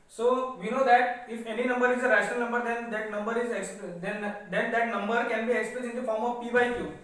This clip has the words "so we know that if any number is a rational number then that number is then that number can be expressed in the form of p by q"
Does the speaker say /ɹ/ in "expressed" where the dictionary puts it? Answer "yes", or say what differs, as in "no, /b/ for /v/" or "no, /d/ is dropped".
no, /l/ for /ɹ/